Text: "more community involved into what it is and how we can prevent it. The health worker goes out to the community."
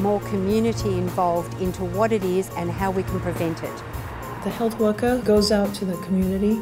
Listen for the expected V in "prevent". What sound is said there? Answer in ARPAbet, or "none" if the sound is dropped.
V